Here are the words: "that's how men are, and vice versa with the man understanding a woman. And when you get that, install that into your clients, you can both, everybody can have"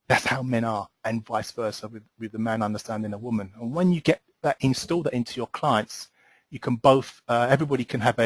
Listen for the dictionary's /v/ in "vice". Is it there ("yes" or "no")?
yes